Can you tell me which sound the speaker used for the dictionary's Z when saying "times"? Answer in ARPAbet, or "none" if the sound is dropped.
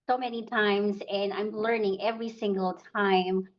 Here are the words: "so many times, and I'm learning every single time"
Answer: Z